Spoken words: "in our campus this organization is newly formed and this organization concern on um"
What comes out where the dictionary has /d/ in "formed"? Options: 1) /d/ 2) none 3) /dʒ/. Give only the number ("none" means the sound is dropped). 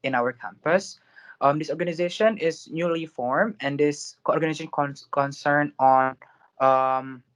2